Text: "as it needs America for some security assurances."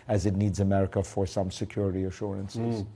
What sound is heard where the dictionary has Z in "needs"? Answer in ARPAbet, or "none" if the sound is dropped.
Z